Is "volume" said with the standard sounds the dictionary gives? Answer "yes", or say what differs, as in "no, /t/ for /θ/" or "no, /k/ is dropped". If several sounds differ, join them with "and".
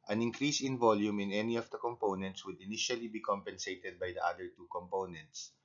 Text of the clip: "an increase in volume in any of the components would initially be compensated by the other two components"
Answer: yes